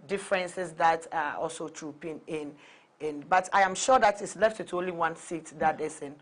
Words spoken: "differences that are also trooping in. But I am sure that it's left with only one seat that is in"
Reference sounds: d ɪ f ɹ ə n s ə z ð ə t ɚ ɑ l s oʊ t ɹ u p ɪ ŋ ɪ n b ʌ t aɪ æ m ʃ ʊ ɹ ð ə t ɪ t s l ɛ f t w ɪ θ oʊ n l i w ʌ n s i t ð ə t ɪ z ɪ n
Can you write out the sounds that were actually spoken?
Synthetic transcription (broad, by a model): d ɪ f ɹ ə n s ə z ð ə t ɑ ɑ l s oʊ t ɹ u p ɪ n ɪ n b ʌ t aɪ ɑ m ʃ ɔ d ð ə t ɪ t s l ɛ f t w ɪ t oʊ n l i w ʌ n s i t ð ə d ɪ s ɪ n